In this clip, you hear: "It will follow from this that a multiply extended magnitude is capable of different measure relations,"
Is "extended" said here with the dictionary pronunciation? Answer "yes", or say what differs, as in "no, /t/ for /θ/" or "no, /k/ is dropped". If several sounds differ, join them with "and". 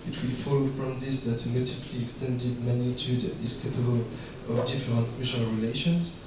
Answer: yes